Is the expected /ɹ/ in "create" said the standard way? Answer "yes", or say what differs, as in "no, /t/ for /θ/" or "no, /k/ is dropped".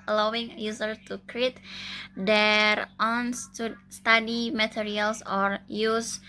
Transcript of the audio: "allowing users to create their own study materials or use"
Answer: yes